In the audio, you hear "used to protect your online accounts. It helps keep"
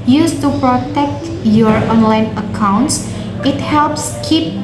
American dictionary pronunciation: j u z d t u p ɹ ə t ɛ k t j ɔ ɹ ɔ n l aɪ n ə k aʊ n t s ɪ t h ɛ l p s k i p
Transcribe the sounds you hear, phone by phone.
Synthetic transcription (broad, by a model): j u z t u p ɹ ə t ɛ k t j ɔ ɹ ɔ n l aɪ n ə k aʊ n t s ɪ t h ɛ l p s k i p